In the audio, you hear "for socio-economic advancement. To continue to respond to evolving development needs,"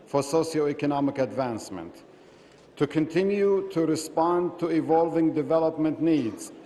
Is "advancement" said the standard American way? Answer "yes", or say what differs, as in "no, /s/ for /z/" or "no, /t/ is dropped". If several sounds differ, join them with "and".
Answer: yes